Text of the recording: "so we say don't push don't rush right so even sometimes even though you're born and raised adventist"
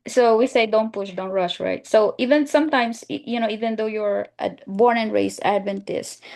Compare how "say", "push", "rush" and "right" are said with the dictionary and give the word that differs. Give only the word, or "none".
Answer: none